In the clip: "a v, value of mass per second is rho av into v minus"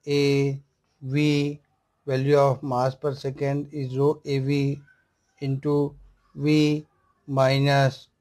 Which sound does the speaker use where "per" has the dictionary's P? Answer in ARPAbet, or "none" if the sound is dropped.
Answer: P